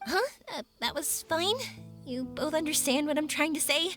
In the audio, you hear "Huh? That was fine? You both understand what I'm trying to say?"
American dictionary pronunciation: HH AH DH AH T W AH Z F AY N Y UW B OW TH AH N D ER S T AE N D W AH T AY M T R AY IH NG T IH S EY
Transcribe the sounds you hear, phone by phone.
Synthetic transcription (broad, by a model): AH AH DH AH T W AH Z F AY N Y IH B OW TH AH N D ER S T AE N D W AH T AY M T R AY IH NG T IH S EY